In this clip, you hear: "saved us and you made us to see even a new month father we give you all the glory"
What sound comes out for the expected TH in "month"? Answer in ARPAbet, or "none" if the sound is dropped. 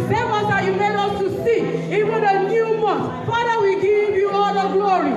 T